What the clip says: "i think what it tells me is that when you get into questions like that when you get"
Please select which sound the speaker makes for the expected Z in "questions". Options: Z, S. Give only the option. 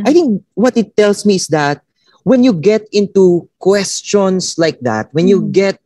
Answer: S